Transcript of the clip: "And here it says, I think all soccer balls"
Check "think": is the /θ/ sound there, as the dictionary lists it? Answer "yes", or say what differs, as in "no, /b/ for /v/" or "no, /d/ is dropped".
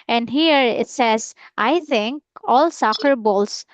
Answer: no, /t/ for /θ/